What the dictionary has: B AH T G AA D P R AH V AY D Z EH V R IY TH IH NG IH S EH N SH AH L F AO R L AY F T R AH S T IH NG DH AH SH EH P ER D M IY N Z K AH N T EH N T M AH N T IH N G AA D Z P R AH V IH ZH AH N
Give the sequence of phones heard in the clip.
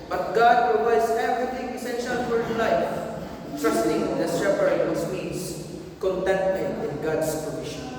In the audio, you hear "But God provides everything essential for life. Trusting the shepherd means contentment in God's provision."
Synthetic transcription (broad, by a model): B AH T G AA D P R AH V AY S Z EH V R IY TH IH NG IH S EH N SH AH L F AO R L AY F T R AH S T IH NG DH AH S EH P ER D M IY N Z K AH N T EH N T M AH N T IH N G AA D S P R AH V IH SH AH N